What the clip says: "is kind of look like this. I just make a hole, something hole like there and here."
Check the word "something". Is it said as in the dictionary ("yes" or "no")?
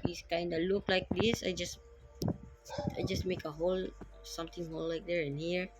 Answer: no